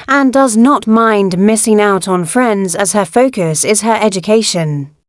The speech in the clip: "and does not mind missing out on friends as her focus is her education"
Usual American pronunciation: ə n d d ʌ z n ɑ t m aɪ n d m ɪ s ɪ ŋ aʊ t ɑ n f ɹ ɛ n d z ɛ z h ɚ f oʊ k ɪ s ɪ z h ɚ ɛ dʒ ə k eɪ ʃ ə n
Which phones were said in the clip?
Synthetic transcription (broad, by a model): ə n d d ʌ z n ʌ t m aɪ n d m ɪ s ɪ ŋ aʊ t n f ɹ ɛ n d z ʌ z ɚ f oʊ k ɪ s ɪ z ɚ ɛ dʒ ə k eɪ ʃ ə n